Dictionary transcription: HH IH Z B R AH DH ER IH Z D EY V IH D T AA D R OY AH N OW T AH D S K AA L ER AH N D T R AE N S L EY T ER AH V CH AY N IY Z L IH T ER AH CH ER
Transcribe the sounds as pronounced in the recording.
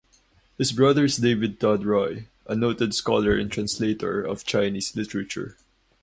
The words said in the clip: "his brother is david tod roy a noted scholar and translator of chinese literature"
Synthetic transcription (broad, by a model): HH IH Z B R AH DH ER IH S D EY V IH D T AA D R OY AH N OW T AH D S K AA L ER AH N T R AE N S L EY T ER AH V CH AY N IY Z L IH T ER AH CH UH